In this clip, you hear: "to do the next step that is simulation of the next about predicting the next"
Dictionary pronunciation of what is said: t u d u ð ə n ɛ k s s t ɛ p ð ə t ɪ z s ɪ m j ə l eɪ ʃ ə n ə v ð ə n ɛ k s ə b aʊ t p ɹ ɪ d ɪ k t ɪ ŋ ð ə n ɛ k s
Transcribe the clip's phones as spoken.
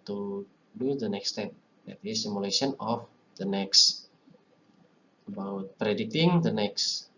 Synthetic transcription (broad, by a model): t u d u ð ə n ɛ k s s t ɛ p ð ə t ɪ s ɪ m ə l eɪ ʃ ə n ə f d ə n ɛ k s ə b aʊ t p ɹ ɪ d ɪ t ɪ ŋ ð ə n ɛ k s